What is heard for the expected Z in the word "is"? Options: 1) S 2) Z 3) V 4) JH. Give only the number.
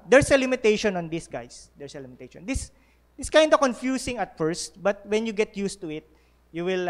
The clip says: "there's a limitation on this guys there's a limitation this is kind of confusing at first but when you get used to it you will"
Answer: 1